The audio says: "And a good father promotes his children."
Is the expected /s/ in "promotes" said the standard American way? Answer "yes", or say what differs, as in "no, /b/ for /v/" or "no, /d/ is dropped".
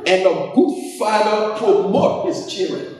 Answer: no, /s/ is dropped